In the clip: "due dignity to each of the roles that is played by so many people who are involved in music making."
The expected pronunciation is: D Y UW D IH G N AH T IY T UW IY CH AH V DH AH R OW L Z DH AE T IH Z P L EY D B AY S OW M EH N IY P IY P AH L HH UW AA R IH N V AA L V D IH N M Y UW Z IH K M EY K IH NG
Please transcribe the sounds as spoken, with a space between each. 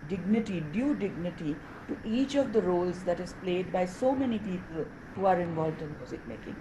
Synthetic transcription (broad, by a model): D Y UW D IH G N AH T IY T UW IY CH AH V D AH R OW L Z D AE T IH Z P L EY D B AY S OW M EH N IY P IY P AH L HH UW AA R IH N V AA L V D IH N M Y UW Z IH K M EY K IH NG